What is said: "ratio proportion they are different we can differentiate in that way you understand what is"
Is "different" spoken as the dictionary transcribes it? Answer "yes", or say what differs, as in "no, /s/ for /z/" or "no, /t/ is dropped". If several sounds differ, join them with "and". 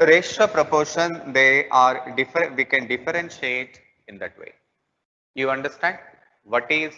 no, /ɹ/ is dropped and /n/ is dropped